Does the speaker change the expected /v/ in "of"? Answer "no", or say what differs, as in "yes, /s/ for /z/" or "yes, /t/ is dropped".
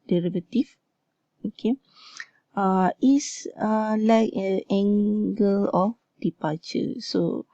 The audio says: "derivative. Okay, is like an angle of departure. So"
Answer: yes, /f/ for /v/